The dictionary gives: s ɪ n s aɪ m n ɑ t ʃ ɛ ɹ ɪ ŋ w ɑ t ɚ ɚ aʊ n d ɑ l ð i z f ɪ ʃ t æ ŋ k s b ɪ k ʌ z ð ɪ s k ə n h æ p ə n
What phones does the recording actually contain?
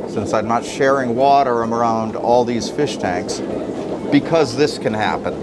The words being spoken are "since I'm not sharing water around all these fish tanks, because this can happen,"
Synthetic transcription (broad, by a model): s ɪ n s aɪ m n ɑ t ʃ ɛ ɹ ɪ ŋ w ɑ t ɚ ɚ aʊ n d ɑ l ð i z f ɪ ʃ t æ ŋ k s b ɪ k ʌ z ð ɪ s k ə n h æ p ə n